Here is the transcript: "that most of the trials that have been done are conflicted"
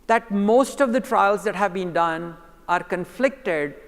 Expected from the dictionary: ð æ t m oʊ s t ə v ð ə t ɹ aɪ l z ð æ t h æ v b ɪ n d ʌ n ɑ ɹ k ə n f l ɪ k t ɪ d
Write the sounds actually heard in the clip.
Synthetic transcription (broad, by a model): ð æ t m oʊ s t ə v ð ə t ɹ aɪ l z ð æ t h æ v b ɪ n d ʌ n ɑ ɹ k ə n f l ɪ k t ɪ d